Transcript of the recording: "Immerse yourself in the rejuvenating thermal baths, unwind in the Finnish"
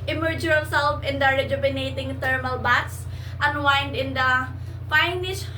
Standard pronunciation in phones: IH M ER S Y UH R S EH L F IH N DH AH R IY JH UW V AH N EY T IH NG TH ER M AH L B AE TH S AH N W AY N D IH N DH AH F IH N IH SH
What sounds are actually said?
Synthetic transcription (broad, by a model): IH M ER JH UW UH L S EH L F IH N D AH R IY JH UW B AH N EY T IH NG T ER M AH L B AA T S AH N W AY N D IH N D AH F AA N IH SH